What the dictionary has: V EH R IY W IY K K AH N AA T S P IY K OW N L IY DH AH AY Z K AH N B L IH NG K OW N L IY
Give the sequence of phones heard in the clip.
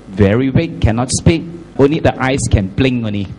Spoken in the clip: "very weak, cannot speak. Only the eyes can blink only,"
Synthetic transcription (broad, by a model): V EH R IY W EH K K AH N AA T S P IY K OW N L IY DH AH AY S K AH N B L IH NG OW N L IY